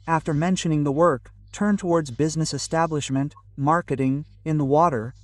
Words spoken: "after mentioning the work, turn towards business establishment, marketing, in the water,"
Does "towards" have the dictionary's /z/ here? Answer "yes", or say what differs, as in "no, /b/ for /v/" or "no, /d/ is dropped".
yes